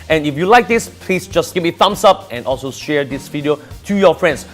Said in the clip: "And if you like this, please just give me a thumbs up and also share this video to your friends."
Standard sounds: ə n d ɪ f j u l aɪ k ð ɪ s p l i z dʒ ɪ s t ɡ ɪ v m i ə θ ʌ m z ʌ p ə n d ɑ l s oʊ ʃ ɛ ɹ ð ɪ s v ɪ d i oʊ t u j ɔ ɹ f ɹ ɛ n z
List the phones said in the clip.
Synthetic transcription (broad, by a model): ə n ɪ f j u l aɪ k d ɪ s p l i s dʒ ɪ s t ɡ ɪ p m i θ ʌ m s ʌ p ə n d ɑ l s oʊ ʃ ɛ ɹ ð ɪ s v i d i oʊ t u j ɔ f ɹ ɛ n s